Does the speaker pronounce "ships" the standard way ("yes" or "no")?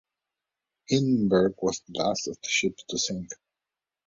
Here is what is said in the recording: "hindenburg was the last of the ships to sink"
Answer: no